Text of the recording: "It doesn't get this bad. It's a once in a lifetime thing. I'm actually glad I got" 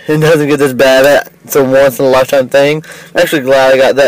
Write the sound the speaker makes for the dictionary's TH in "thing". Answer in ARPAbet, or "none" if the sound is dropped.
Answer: TH